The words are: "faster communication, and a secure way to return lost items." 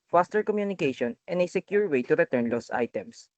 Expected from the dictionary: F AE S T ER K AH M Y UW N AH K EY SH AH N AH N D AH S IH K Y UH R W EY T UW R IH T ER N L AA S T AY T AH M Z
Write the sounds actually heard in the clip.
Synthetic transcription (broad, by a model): F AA S T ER K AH M Y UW N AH K EY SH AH N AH N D AH S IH K Y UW R W EY T UW R IH T ER N L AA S AY T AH M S